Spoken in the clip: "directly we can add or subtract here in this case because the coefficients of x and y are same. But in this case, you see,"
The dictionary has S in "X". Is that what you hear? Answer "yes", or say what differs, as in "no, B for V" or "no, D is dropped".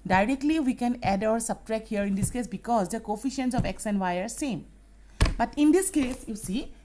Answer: yes